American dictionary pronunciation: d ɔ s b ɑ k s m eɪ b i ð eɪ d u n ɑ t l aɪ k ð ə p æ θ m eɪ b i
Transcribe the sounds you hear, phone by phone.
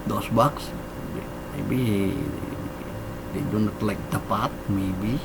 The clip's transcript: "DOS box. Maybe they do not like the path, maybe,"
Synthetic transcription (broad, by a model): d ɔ s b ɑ k s m eɪ b i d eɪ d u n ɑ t l aɪ k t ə p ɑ t m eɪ b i